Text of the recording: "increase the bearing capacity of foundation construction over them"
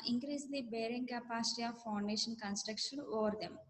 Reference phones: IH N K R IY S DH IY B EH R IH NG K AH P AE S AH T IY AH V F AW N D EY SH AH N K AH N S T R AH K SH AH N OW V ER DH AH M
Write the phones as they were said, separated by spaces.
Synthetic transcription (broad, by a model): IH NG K R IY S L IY B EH R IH NG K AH P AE S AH T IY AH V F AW N D EY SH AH N K AH N S T R AH K SH AH N OW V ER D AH M